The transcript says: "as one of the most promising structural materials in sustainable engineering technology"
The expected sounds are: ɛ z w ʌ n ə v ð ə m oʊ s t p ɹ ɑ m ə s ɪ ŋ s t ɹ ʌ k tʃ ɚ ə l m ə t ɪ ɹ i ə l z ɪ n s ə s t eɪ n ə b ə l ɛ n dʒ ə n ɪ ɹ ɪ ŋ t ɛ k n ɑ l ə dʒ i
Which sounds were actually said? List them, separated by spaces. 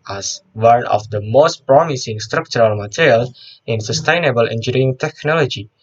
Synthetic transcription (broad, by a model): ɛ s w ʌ n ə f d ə m oʊ s t p ɹ ɑ m ə s ɪ ŋ s t ɹ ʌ k tʃ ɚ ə l m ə t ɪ ɹ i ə l ɪ n s ə s t eɪ n ə b ə l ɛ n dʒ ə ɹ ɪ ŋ t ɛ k n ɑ l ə dʒ i